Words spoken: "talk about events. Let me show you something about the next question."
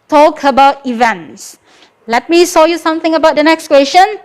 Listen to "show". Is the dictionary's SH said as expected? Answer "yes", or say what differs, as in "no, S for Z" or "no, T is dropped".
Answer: no, S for SH